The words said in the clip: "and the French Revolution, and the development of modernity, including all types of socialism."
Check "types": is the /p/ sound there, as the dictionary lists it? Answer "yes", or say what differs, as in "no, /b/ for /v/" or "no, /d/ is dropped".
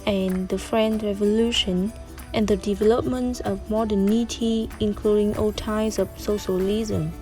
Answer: no, /p/ is dropped